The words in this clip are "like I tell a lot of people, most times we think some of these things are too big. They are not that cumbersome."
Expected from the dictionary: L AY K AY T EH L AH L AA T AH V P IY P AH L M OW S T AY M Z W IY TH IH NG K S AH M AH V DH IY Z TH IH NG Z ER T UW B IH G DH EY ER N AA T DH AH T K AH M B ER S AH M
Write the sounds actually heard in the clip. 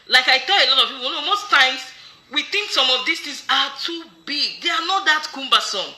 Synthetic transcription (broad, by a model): L AY K AY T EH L AH L AA T AH V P IY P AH N M OW S T AY M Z W IY TH IH NG K S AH M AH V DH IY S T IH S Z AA T UW B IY G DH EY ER N AA T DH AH T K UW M B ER S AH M